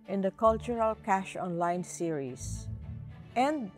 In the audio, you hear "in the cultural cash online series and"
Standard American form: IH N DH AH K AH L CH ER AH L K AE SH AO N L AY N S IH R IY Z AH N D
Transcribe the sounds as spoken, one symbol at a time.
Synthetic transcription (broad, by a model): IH N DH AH K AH L CH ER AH L K AE SH AO N L AY N S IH R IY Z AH N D